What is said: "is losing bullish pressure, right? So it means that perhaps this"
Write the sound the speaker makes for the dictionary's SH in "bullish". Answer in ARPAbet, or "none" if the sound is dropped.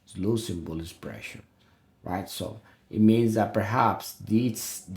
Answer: S